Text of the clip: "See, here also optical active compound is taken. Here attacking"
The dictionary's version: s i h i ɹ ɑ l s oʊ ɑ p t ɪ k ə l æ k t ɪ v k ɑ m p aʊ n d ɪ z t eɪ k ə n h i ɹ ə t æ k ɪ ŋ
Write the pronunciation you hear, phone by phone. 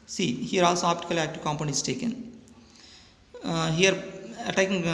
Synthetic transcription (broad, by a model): s i h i ɹ ɑ l s oʊ ɑ p t ɪ k ə l æ k t ɪ v k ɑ m p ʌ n ɪ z t eɪ k ə n h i ɹ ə t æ k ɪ ŋ